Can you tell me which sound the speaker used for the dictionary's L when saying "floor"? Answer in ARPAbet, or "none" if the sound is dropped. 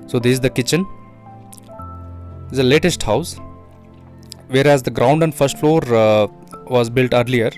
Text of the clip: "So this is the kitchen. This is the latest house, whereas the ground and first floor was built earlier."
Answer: L